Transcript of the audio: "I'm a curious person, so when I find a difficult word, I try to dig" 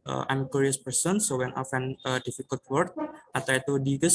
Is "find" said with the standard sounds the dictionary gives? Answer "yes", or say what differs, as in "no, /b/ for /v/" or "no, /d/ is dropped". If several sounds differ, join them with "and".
no, /d/ is dropped